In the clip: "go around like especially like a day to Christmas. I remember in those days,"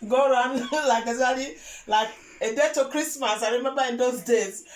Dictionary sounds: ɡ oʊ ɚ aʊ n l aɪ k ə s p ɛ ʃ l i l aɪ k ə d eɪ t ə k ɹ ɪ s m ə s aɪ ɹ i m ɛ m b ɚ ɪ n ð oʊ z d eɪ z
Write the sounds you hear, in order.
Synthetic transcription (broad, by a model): ɡ oʊ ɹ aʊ n l aɪ k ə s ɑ l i l aɪ k ə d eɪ t ə k ɹ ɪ s m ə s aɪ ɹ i m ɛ m b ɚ ɪ n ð oʊ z d eɪ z